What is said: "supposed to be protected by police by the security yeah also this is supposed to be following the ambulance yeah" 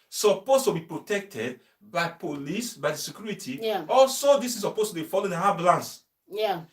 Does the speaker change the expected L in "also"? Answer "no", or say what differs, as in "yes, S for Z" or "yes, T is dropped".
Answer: no